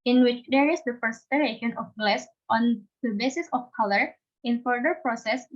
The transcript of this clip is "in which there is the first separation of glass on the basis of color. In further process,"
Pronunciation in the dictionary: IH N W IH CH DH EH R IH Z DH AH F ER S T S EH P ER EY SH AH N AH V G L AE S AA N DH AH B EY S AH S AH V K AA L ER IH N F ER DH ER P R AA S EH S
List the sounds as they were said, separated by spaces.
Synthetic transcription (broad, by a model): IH N W IH CH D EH R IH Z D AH P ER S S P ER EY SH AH N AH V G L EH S AA N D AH B EY S AH S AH F K AA L ER IH N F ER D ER P R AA S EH S